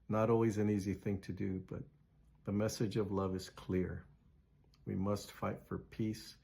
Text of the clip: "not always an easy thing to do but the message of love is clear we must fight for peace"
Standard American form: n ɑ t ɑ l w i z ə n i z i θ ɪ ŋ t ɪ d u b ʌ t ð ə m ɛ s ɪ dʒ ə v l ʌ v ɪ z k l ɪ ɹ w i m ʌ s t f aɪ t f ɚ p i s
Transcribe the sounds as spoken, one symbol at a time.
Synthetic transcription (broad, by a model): n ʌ t ɑ l w i z ə n i z i θ ɪ ŋ t ɪ d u b ʌ t ð ə m ɛ s ɪ dʒ ə v l ʌ v ɪ z k l ɪ ɹ w i m ʌ s t f aɪ t f ɚ p i s